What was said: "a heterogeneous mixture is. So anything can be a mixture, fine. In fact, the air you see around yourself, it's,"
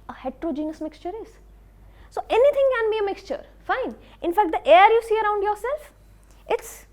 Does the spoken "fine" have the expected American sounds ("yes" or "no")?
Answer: yes